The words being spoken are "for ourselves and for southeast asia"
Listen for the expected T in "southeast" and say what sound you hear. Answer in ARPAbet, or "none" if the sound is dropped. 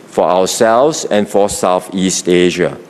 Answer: T